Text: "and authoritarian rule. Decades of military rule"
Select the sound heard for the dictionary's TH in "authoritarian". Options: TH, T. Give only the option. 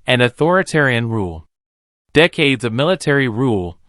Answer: TH